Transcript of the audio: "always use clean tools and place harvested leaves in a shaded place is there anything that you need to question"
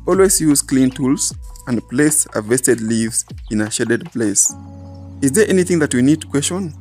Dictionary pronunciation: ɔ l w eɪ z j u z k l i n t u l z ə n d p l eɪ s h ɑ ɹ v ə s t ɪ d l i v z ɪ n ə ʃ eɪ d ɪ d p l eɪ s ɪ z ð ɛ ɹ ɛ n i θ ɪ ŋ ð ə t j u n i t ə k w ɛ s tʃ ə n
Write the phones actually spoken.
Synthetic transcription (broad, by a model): ɔ l w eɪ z j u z k l i n t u l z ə n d p l eɪ s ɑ v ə s t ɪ d l i v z ɪ n ə ʃ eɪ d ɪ d p l eɪ s ɪ z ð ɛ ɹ ɛ n i θ ɪ ŋ ð ə t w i n i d k w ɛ s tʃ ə n